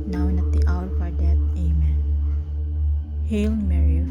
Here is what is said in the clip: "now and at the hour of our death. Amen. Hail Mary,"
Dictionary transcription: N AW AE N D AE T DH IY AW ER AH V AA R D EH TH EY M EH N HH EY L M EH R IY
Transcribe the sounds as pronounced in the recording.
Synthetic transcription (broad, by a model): N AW N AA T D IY AW ER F AA R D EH T EY M EH N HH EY L M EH R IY